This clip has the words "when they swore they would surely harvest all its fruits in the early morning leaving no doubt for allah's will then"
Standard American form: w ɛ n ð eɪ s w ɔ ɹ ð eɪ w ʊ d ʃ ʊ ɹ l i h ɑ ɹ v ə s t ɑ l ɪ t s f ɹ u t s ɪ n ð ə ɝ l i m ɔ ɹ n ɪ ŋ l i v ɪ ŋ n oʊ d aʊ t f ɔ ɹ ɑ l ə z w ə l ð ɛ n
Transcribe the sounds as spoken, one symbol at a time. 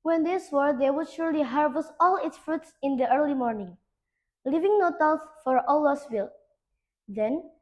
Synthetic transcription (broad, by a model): w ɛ n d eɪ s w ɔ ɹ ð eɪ w ʊ d ʃ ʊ ɹ l i h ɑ ɹ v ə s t ɑ l ɪ t s f ɹ u t s ɪ n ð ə ɝ l i m ɔ ɹ n ɪ ŋ l i v ɪ ŋ n oʊ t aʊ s f ɔ ɹ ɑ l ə s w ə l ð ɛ n